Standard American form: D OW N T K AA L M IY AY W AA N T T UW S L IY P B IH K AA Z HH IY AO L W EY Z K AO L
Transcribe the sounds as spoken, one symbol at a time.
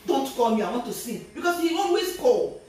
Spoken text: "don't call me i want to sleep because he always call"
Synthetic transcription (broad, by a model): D OW N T K AA L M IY AY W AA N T T UW S IY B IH K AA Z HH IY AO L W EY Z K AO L